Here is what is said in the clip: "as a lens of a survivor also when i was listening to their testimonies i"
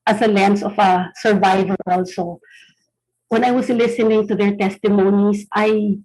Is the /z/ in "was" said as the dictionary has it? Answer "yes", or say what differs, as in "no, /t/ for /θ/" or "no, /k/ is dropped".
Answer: no, /s/ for /z/